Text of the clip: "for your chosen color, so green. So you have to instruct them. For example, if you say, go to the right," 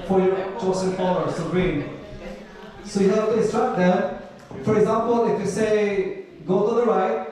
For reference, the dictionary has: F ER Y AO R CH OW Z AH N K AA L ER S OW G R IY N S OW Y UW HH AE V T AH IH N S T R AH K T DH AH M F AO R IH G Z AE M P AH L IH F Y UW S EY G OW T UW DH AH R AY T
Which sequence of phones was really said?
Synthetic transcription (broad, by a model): F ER Y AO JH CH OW S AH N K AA ER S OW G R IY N S OW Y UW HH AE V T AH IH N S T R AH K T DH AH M F AO R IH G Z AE M P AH L IH F Y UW S EY G OW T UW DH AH R AY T